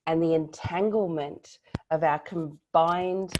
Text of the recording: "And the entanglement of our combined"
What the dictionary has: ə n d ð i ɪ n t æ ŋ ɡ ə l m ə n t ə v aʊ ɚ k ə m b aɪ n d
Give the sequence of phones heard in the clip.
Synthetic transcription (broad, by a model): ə n ð i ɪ n t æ ŋ ɡ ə l m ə n t ə v aʊ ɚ k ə m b aɪ n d